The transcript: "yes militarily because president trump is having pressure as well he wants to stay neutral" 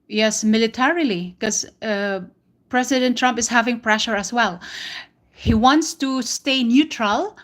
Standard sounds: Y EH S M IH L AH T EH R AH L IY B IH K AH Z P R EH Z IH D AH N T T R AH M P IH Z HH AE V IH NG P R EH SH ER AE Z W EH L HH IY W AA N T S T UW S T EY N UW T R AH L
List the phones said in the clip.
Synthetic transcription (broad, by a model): Y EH S M IH L AH T EH R AH L IY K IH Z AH P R EH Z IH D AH N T T R AH M P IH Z HH AE V IH NG P R EH SH ER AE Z W EH L HH IY W AA N T S T UW S T EY N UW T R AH L